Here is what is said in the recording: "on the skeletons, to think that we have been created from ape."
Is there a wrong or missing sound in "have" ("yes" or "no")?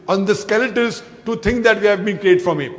no